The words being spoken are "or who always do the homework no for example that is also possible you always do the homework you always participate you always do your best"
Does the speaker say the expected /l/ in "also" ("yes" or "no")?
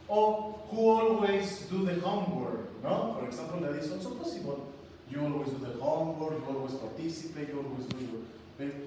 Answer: no